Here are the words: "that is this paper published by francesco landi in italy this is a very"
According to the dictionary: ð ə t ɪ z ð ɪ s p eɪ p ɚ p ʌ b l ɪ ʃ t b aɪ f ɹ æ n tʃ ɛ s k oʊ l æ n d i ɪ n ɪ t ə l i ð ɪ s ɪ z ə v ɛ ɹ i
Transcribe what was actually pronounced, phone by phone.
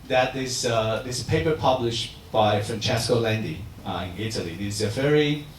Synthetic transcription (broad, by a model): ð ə t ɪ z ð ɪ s p eɪ p ɚ p ʌ b l ɪ ʃ t b aɪ f ɹ æ n tʃ ɛ s k oʊ l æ n d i ɪ n ɪ t ə l i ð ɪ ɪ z ə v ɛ ɹ i